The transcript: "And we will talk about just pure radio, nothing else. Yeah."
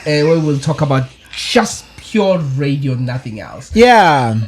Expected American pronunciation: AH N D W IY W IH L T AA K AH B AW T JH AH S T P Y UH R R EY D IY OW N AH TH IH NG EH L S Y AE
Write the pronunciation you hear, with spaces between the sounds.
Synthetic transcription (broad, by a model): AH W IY W IH L T AA K AH B AW T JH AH S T P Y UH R R EY D IY OW N AH TH IH NG EH L S Y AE